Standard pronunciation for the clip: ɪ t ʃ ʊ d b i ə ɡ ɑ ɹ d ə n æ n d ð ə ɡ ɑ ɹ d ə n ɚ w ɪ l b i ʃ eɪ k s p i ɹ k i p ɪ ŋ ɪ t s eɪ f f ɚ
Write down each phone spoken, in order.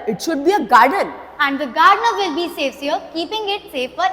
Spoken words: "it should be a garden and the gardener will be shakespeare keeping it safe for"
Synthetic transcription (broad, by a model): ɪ t ʃ ʊ d b i ə ɡ ɑ ɹ d ə n æ n d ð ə ɡ ɑ ɹ d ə n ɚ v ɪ l b i s eɪ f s ʌ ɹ k i p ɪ ŋ ɪ t s eɪ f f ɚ